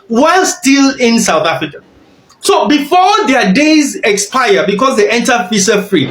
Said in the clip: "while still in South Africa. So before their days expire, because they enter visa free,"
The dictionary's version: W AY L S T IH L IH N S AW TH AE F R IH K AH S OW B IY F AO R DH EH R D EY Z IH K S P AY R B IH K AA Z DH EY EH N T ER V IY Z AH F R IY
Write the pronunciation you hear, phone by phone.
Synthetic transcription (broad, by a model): W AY L S T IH L IH N S AW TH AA F R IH K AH S OW B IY F AO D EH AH D EY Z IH K S P AY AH B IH K AA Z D EY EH N T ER F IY S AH F R IY